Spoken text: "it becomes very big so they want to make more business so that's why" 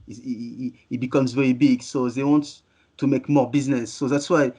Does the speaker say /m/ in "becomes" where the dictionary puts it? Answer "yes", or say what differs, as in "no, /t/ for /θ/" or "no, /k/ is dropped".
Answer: yes